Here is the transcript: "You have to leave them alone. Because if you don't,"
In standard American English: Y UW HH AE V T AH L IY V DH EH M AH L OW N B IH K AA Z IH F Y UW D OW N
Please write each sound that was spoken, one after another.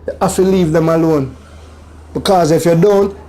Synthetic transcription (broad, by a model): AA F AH L IY V DH EH M AH L OW N B IH K AA Z IH F Y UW D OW N